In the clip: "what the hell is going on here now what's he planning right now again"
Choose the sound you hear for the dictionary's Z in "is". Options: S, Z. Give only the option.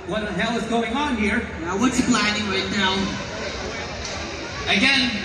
Z